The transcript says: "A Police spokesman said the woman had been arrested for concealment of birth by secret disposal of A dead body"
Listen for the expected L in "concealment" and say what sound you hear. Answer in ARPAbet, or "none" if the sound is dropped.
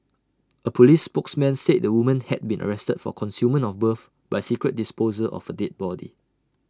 none